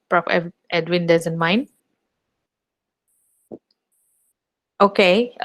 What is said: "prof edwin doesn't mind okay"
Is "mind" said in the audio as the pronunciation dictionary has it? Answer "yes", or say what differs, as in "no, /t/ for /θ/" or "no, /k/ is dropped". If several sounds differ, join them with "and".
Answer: no, /d/ is dropped